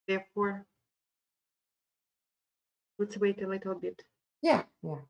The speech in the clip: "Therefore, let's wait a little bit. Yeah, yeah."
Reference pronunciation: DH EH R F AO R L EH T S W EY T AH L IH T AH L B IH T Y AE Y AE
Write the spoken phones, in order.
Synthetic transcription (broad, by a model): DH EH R F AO R W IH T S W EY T AH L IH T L B IH T Y AE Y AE